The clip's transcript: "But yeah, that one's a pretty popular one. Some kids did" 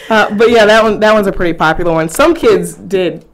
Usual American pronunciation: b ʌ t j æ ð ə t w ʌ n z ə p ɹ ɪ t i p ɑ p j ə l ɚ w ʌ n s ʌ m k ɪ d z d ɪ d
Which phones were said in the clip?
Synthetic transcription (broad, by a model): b ʌ t j æ ð ə t w ʌ n z ə p ɹ ɪ t i p ɑ p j l ɚ w ʌ n s ʌ m k ɪ d z d ɪ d